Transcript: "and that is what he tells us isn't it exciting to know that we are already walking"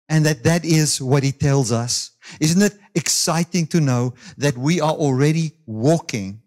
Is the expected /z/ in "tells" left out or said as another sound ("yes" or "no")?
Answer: no